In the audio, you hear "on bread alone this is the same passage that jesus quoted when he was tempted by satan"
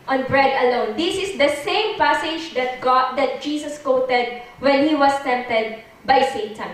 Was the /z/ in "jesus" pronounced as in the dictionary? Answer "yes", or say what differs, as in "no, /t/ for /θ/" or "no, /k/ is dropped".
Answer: no, /s/ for /z/